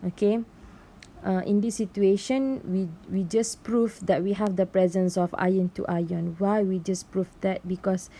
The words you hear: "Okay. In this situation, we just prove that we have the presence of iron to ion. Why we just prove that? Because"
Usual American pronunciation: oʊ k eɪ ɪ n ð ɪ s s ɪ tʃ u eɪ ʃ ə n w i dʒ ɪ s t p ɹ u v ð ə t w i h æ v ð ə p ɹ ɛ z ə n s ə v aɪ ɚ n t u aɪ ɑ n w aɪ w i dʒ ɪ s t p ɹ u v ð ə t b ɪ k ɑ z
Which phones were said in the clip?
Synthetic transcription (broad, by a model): oʊ k eɪ ɪ n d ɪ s s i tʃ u eɪ ʃ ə n w i dʒ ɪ s p ɹ u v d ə t w i h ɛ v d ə p ɹ ɛ z ə n s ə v aɪ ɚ n t u aɪ ɑ n w aɪ w i dʒ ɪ s p ɹ u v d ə t b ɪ k ɑ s